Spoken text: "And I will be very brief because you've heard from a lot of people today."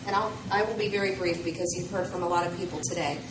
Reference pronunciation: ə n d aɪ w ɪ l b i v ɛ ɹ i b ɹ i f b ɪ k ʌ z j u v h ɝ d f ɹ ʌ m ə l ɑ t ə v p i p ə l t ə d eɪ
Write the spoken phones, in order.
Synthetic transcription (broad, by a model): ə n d aɪ w ɪ l b i v ɛ ɹ i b ɹ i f b ɪ k ʌ z j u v h ɝ d f ɹ ʌ m ə l ɑ t ə v p i p l t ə d eɪ